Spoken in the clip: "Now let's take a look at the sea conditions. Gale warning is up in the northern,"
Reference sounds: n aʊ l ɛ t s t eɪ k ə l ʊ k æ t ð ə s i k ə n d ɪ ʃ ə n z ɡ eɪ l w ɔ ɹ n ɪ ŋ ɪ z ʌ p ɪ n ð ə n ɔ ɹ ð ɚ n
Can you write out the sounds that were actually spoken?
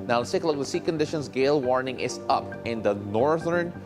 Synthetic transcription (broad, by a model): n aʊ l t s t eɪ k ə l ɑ ɪ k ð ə s i k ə n d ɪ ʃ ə n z ɡ eɪ l w ɔ ɹ n ɪ ŋ ɪ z ʌ p ɪ n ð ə n ɔ ɹ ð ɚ n